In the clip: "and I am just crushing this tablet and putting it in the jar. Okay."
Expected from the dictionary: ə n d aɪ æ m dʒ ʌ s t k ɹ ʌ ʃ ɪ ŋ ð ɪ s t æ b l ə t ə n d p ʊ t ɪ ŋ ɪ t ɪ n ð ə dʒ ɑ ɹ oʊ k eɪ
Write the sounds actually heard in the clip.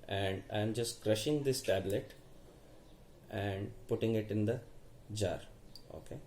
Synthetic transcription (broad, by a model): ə n d aɪ m dʒ ʌ s t k ɹ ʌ ʃ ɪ ŋ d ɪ s t æ b l ə t ə n d p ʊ t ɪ ŋ ɪ t ɪ n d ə dʒ ɑ ɹ oʊ k eɪ